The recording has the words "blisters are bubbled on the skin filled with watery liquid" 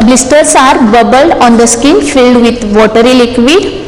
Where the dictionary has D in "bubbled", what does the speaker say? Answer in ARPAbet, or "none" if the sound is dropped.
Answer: D